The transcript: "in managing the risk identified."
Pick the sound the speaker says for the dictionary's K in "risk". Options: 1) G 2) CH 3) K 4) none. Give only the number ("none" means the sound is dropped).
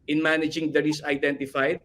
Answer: 4